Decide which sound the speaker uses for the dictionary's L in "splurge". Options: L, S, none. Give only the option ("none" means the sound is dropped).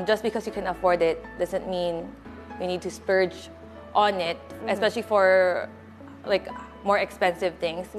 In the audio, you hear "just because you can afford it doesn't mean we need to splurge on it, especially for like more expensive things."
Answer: none